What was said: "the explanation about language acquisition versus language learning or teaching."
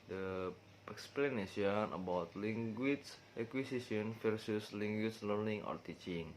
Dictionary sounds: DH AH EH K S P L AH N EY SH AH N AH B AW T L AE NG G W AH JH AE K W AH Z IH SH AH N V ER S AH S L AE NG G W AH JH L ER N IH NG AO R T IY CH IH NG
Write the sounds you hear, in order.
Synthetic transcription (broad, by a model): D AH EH K S P L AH N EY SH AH N AH B AW T L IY NG G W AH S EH K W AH S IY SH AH N F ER S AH S L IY NG G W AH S L ER N IH NG AO R T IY CH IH NG